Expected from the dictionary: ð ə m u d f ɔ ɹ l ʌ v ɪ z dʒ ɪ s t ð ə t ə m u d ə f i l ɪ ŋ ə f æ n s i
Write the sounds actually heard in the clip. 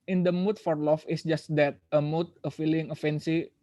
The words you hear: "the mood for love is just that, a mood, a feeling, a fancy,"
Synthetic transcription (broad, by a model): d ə m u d f ɔ ɹ l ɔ f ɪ s dʒ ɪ s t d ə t ə m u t ə f i l ɪ ŋ ə f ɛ n s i